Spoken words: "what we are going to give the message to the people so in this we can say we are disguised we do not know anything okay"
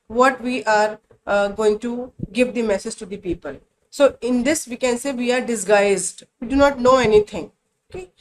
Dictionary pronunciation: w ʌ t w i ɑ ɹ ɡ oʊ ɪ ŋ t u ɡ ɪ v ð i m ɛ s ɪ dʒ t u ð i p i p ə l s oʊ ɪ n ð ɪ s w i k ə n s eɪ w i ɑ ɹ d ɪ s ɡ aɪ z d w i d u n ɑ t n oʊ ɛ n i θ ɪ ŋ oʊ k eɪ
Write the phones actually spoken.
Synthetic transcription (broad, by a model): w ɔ t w i ɑ ɹ ɡ oʊ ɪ ŋ t u ɡ ɪ v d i m ɛ s ɪ dʒ t u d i p i p ə l s oʊ ɪ n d ɪ s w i k ə n s eɪ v i ɑ ɹ d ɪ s ɡ aɪ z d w i d u n ɑ t n oʊ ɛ n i t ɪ ŋ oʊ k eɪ